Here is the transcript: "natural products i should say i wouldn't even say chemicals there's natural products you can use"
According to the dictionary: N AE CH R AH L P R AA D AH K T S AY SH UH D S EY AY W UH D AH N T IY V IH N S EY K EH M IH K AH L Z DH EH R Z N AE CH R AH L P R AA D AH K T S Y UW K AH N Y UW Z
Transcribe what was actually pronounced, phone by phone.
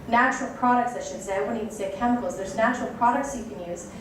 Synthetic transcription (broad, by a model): N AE CH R L P R AA D AH K T S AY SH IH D S EY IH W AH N IY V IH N S EY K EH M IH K L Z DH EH R Z N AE CH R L P R AA D AH K T S Y UW K AH N Y UW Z